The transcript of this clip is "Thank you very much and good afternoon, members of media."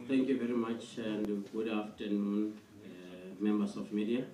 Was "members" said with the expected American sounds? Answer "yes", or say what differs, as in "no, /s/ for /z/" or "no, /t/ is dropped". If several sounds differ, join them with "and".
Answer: no, /s/ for /z/